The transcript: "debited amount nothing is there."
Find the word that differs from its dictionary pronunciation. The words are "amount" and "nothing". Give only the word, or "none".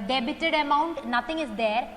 nothing